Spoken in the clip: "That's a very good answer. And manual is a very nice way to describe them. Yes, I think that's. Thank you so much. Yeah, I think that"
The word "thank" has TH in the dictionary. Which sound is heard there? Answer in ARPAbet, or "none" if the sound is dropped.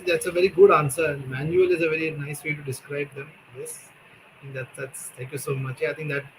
T